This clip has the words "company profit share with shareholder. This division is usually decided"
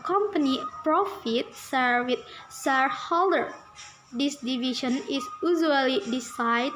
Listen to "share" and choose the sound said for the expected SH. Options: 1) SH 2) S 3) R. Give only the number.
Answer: 2